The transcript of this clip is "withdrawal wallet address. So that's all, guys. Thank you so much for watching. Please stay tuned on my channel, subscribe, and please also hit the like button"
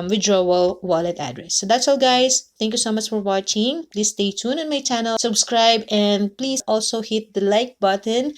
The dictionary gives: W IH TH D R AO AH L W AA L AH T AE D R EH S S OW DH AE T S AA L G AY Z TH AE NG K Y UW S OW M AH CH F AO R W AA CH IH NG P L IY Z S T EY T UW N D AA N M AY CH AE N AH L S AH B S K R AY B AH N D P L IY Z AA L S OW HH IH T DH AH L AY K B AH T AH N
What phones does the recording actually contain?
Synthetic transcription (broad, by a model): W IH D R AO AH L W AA L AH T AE D R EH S S OW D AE T S AA L G AY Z T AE NG K Y UW S OW M AH CH F AO R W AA CH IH NG P L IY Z S T EY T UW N AA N M AY CH AE N AH L S AH B S K R AY B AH N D P L IY Z AA L S OW HH IH T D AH L AY K B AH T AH N